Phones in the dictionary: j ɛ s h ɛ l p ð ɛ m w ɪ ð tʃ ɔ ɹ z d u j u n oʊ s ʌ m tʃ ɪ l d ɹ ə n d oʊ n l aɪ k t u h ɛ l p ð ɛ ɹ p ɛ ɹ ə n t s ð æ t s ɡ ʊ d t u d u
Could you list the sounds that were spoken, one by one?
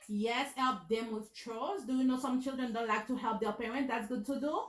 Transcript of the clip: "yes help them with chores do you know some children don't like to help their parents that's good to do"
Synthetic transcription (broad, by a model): j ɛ s h ɛ l p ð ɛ m w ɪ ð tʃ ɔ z d u j u n oʊ s ʌ m tʃ ɪ l d ɹ ə n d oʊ l aɪ k t u h ɛ l p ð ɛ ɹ p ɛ ɹ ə n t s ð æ t s ɡ ʊ d t u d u